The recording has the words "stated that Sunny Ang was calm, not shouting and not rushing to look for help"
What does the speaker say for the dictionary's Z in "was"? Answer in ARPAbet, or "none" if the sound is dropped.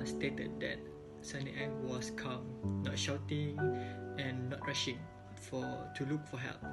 S